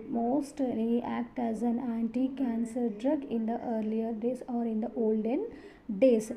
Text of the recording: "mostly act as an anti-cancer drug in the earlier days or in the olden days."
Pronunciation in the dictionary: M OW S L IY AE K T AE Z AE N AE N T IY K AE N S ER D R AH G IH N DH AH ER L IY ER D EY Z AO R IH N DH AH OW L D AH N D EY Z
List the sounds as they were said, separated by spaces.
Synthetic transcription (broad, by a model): M OW S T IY AE K T AE Z AE N AE N T IY K AE N S ER D R AH G IH N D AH ER L IY ER D EY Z AO R IH N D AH OW L D AH N D EY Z